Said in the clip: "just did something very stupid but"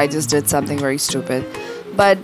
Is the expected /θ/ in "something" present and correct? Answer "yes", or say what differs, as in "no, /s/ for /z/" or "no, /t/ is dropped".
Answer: yes